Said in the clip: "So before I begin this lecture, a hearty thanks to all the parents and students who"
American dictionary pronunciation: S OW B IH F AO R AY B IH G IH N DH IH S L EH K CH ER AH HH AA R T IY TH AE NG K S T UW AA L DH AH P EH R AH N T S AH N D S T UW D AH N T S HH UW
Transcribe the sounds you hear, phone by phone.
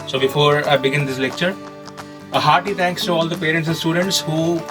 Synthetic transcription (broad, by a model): S OW B IH F AO R AY B IH G IH N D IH S L EH K CH ER AH HH AA R T IY T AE NG K S T UW AA L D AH P EH R AH N T S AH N S T UW D AH N T S HH UW